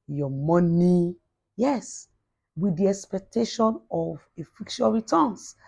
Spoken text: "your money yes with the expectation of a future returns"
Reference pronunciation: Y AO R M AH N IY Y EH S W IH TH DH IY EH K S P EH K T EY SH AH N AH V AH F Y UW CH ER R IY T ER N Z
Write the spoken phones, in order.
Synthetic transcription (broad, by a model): Y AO M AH N IY Y EH S W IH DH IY EH K S P EH K T EY SH AH N AH V AH F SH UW ER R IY T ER N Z